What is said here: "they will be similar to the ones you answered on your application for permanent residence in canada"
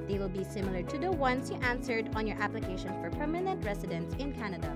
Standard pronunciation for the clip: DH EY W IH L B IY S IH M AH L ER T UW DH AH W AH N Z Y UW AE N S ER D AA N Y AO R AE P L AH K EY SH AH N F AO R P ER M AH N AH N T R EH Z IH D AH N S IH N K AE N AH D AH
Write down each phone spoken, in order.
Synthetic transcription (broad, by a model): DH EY W IH L B IY S IH M AH L ER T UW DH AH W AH N S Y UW AE N S ER D AA N Y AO R AE P L AH K EY SH AH N F AO R P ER M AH N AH N T R EH S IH D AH N S IH N K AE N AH D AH